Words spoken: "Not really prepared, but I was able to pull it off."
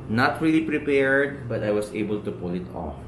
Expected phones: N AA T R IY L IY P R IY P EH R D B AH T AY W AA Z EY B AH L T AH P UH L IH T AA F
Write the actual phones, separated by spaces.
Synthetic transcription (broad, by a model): N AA T R IY L IY P R IY P EH R D B AH T AY W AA S EY B AH L T AH P UH L IH T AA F